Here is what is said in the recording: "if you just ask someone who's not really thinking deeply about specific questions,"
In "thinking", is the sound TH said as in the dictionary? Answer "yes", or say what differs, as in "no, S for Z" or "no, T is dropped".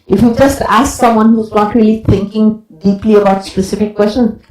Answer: no, T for TH